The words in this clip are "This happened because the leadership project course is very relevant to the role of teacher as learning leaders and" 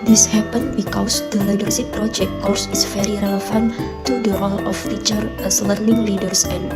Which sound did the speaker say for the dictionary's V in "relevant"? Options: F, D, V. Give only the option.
F